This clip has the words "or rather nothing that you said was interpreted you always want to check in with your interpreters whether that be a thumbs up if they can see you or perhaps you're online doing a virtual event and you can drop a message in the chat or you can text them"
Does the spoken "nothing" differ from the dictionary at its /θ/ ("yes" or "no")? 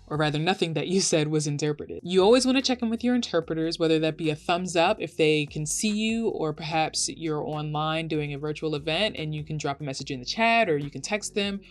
no